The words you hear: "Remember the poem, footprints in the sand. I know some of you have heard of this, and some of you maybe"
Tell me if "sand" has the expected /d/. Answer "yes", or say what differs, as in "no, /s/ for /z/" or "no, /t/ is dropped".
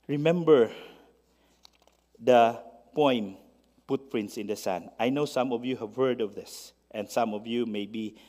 no, /d/ is dropped